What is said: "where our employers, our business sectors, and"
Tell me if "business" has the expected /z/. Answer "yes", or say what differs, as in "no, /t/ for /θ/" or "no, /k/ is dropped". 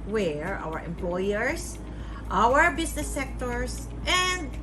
no, /s/ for /z/